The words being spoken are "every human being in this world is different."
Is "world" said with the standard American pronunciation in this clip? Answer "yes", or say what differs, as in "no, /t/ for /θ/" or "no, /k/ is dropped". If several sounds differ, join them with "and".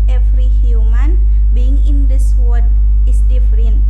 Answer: no, /l/ is dropped